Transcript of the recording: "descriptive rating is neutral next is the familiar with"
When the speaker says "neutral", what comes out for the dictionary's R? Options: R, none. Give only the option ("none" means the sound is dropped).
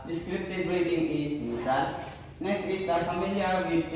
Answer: none